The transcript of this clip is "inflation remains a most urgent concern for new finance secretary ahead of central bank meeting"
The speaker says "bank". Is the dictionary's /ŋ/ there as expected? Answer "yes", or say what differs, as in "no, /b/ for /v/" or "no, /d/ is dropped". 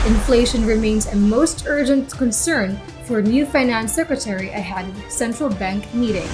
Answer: yes